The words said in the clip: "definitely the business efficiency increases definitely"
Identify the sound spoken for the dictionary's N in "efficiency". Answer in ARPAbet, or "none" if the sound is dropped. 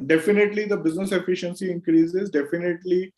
N